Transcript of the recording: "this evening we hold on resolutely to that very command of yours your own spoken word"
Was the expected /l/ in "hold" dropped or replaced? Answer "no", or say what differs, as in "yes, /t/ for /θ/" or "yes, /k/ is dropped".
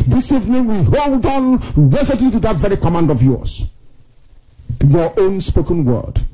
no